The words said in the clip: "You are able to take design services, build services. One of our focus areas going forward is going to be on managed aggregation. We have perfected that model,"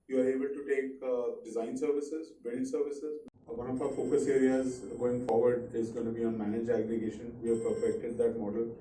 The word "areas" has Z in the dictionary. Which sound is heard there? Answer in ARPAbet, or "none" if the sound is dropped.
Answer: Z